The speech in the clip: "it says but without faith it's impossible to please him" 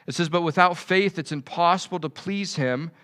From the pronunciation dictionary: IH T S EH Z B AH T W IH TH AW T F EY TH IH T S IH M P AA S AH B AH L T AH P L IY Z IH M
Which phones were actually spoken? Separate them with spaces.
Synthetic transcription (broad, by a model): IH T S EH Z B AH T W IH TH AW T F EY TH IH T S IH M P AA S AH B L T AH P L IY Z IH M